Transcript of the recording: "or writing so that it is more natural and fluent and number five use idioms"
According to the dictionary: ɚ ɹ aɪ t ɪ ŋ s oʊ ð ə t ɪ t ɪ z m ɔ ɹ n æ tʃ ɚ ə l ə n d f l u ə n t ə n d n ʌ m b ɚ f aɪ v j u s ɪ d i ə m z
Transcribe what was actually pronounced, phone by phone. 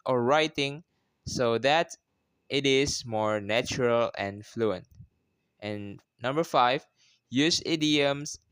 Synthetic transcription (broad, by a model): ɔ ɹ aɪ t ɪ ŋ s oʊ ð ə t ɪ t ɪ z m ɔ ɹ n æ tʃ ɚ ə l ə n f l u ə n t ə n n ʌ m b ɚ f aɪ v j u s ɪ d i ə m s